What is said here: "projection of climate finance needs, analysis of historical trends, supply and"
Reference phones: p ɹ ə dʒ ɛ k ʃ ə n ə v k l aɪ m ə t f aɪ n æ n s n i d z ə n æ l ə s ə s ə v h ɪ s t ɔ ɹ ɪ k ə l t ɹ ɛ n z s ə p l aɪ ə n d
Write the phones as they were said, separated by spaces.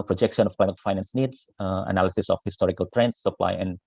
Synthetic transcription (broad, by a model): p ɹ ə dʒ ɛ k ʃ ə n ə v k aɪ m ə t f aɪ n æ n s n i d s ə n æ l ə s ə s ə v h ɪ s t ɔ ɹ ɪ k ə l t ɹ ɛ n s ə p l aɪ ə n